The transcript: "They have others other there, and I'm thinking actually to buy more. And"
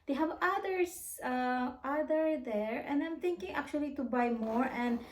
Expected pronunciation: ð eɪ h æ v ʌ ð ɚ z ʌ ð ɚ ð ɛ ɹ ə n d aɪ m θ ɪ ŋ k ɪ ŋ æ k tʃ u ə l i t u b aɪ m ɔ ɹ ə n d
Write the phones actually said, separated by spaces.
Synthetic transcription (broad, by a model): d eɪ h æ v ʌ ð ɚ s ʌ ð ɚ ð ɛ ɹ ə n d aɪ m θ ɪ ŋ k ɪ ŋ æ k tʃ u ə l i t u b aɪ m ɔ ɹ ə n d